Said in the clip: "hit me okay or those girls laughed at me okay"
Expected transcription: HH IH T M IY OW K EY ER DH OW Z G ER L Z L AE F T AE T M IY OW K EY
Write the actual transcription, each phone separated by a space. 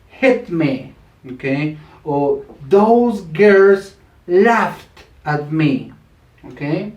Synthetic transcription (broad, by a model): HH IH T M IY OW K EY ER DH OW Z G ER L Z L AE F T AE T M IY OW K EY